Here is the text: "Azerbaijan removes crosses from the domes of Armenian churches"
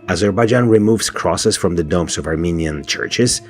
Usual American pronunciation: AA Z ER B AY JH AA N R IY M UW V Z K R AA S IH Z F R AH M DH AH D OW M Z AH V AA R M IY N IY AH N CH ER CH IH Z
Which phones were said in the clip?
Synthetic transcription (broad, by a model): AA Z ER B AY JH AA N R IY M UW V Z K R AA S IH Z F R AH M DH AH D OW M S AH V AA R M IY N IY AH N CH ER CH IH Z